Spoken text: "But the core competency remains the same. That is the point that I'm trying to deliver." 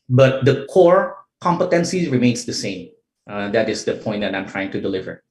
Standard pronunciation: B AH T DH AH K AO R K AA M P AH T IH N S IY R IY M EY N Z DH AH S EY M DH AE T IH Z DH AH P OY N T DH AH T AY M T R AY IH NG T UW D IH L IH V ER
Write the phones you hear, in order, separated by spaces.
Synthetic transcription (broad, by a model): B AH T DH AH K AO R K AA M P AH T IH N S IY R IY M EY N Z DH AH S EY M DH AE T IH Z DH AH P OY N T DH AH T AY M T R AY IH NG T UW D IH L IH V ER